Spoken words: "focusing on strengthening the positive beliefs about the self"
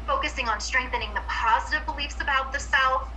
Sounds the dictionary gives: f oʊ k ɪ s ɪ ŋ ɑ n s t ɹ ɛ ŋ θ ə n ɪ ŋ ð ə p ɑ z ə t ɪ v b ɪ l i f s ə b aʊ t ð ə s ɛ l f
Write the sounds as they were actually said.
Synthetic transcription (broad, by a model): f oʊ k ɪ s ɪ ŋ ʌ n s t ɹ ɛ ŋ θ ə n ɪ ŋ ð ə p ɑ z ə t ɪ v b ɪ l i f s ə b aʊ t ð ə s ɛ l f